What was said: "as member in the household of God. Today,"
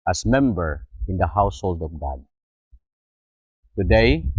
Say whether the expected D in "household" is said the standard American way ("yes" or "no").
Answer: yes